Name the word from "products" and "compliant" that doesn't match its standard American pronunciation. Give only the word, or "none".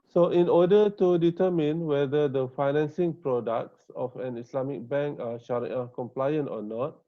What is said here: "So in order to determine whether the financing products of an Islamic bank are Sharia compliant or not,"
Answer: none